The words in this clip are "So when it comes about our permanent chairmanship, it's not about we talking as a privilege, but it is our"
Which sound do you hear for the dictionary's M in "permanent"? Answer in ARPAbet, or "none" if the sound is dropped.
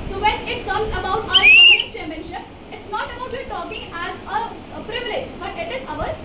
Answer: none